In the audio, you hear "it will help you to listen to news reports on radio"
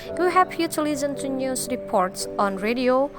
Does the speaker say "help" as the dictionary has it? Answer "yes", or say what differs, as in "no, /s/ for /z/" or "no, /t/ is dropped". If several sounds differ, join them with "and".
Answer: no, /l/ is dropped